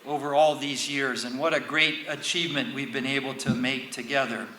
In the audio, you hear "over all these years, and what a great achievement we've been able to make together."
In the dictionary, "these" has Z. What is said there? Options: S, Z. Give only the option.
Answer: Z